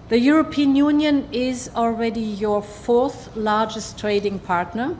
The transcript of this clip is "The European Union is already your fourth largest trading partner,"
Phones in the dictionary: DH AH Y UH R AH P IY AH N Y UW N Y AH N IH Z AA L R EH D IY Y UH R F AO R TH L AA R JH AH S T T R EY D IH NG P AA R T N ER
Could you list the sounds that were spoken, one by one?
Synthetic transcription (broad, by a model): DH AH Y UH R AH P IY AH N Y UW N Y AH N IH Z AA L R EH D IY Y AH R F AO R TH L AA R JH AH S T T R EY D IH NG P AA R T N ER